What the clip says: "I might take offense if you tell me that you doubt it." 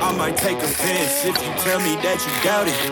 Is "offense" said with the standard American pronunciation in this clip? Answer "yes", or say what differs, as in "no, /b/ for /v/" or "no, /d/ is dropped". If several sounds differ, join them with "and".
no, /p/ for /f/